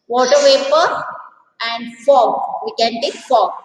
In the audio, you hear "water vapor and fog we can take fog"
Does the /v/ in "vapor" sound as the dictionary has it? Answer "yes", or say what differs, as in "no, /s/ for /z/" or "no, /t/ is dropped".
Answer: no, /w/ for /v/